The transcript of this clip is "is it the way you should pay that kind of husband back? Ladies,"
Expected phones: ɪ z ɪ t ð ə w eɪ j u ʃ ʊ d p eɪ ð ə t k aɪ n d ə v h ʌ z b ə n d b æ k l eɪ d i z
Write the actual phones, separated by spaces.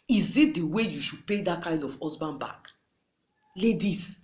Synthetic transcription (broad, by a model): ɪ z ɪ t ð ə w eɪ j u ʃ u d p eɪ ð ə t k aɪ n d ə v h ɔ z b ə n b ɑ k l eɪ d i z